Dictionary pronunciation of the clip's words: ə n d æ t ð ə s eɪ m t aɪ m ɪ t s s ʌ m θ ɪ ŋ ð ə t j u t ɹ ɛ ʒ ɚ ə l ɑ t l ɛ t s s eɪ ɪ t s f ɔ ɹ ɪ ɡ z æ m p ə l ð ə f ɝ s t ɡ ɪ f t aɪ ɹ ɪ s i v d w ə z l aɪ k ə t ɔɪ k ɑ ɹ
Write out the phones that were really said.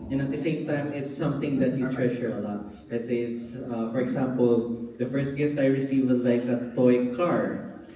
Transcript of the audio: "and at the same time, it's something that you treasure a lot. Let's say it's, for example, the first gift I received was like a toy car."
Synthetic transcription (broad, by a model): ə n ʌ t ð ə s eɪ m t aɪ m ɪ t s s ʌ m θ ɪ ŋ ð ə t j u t ɹ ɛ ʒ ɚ ə l ɑ t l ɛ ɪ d s eɪ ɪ t s f ɔ ɹ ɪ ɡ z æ m p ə l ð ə f ɝ s t ɡ ɪ f t aɪ ɹ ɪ s i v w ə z l aɪ k ə t ɔɪ k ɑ ɹ